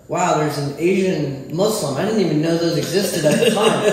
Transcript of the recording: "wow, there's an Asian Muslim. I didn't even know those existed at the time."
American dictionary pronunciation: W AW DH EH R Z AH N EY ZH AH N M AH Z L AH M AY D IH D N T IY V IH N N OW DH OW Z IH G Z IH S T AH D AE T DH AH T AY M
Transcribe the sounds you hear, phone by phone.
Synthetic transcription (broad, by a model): W AW DH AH R Z AH N EY ZH AH N M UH S L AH M AY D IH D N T IY V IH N N OW DH OW Z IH G Z IH S T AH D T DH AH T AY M